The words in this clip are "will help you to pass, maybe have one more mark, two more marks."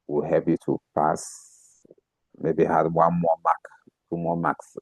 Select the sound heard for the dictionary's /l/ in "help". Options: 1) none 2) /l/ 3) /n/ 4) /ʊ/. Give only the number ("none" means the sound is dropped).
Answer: 1